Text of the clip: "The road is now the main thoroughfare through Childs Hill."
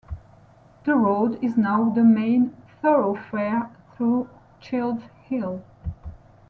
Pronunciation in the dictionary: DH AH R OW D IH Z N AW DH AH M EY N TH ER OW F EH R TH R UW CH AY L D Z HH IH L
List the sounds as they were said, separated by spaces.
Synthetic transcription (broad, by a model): DH AH R OW D IH Z N AW DH AH M EY N TH ER OW F EH R TH R UW CH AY L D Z HH IH L